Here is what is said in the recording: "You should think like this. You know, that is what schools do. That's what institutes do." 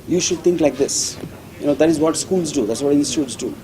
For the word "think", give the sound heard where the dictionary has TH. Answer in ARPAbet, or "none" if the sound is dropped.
T